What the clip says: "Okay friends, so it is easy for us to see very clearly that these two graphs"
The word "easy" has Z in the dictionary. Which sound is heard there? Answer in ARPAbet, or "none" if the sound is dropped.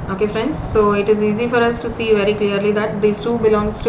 Z